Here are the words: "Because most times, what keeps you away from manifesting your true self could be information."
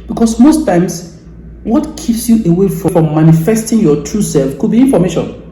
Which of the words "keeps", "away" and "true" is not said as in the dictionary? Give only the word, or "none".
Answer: none